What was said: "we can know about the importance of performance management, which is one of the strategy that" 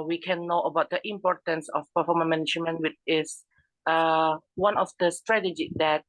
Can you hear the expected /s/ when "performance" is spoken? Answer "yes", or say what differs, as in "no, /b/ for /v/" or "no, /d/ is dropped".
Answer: no, /s/ is dropped